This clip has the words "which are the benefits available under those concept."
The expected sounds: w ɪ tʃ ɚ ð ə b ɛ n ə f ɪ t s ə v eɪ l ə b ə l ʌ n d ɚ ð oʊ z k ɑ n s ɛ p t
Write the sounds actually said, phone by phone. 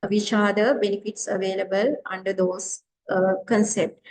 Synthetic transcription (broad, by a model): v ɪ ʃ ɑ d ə b ɛ n ə f ɪ t s ə v eɪ l ə b ə l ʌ n d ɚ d oʊ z k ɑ n s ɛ p t